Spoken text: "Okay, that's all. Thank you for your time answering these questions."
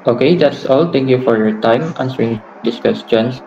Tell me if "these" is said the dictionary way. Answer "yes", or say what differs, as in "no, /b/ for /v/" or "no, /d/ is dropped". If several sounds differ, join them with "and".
no, /s/ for /z/